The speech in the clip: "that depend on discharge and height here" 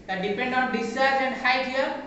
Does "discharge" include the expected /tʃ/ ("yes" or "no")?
no